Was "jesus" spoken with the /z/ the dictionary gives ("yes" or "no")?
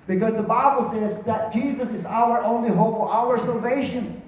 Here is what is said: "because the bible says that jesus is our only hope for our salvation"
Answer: yes